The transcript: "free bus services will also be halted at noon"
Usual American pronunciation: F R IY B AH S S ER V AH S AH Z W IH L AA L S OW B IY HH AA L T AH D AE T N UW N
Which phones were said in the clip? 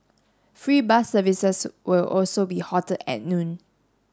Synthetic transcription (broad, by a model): F R IY B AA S S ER V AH S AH S W IH L AA L S OW B IY HH AA T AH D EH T N UW N